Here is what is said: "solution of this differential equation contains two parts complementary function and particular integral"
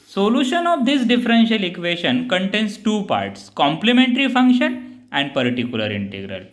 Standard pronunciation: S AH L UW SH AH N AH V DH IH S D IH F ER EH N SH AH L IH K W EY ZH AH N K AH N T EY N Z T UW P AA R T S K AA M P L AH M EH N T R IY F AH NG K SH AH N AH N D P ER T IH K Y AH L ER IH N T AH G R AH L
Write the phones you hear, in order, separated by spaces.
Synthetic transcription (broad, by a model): S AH L UW SH AH N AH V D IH S D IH F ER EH N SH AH L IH K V EY SH AH N K AH N T EY N S T UW P AA R T S K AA M P L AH M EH N T R IY F AH NG K SH AH N AH N D P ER T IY K Y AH L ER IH N T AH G R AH L